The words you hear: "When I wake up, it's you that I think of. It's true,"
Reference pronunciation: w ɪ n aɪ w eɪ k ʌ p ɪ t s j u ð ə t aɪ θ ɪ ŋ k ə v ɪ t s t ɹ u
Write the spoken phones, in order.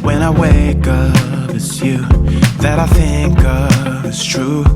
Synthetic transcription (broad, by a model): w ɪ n aɪ w eɪ k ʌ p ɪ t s j u ð ə t aɪ θ ɪ ŋ k ə v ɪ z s t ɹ u